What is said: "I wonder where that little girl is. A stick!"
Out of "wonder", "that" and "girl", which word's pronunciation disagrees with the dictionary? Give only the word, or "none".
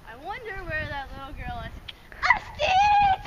none